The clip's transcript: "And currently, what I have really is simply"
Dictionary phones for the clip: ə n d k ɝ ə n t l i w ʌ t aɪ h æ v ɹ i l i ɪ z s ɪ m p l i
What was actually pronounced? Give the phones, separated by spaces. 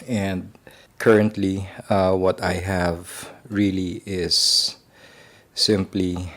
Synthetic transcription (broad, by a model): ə n d k ɝ ə n t l i w ʌ t aɪ h æ v ɹ i l i ɪ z s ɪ m p l i